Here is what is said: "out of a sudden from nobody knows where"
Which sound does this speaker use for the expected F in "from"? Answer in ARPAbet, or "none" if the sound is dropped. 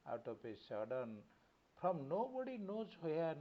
P